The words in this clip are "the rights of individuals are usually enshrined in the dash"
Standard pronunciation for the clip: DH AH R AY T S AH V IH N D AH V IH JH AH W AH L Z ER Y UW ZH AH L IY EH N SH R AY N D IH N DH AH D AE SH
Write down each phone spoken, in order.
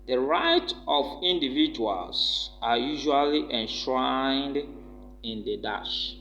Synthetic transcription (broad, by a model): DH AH R AY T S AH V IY N D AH V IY JH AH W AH L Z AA Y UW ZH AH L IY EH N SH R AY N D IH N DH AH D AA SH